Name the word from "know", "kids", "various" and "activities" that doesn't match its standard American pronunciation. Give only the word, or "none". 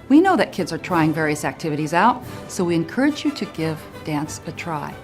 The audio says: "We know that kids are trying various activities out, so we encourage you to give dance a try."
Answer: none